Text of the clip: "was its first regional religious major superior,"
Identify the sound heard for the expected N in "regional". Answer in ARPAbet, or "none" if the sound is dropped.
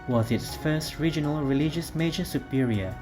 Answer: N